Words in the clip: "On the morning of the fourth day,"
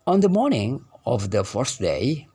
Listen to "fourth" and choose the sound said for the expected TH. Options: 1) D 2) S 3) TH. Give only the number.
2